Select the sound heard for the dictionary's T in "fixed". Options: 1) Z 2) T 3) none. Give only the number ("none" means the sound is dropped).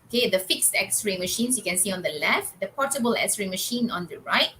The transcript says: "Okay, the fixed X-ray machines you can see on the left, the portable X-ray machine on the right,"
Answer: 2